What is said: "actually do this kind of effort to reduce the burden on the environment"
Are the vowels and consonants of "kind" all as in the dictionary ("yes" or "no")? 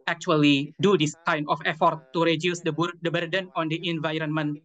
no